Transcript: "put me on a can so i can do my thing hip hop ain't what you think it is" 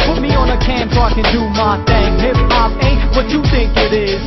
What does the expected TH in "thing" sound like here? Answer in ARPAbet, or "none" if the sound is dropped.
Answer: T